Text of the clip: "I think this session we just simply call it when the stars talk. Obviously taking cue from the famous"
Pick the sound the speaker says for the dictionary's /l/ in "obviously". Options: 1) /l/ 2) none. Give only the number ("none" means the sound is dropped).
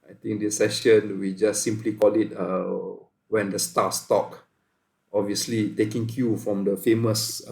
1